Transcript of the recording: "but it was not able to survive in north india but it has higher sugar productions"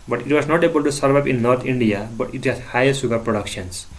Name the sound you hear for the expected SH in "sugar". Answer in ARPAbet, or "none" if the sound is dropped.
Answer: S